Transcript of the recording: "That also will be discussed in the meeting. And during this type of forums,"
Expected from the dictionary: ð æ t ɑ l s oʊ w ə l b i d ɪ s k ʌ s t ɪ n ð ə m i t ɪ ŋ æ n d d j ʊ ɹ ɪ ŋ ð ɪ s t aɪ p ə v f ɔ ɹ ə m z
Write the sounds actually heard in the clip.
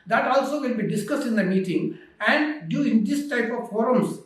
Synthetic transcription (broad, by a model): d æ t ɑ l s oʊ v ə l b i d ɪ s k ʌ s t ɪ n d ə m i t ɪ ŋ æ n d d j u ɪ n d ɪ s t aɪ p ə v f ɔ ɹ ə m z